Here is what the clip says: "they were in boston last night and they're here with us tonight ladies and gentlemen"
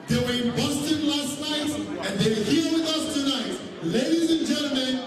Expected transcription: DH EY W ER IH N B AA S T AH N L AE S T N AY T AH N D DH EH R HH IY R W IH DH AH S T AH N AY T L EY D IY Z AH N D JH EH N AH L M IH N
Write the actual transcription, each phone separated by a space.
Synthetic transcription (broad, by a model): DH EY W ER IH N B AA S T AH N L AE S T N AY T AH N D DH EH W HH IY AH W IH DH AH S T AH N AY T L EY D IY Z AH N JH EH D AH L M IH N